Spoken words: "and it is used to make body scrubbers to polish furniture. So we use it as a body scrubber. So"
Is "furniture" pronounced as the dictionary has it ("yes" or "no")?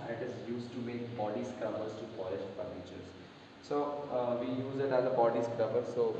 no